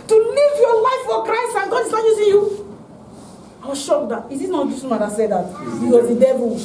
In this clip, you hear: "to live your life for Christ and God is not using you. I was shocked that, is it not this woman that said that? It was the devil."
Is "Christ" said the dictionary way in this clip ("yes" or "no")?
yes